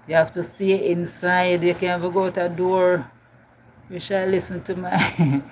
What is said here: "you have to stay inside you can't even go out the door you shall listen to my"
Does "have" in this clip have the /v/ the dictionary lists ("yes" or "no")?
no